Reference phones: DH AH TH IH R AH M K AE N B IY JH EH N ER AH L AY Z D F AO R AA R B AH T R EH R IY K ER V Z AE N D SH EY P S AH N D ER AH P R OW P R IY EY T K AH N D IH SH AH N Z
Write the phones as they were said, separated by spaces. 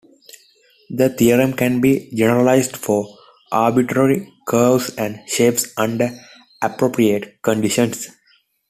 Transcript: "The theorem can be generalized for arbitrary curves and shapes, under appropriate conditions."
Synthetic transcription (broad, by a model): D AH T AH R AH M K AE N B IY JH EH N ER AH L AY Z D F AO R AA R B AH T R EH R IY K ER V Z AE N D SH EY P S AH N D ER AH P R OW P R IY EY T K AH N D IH SH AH N S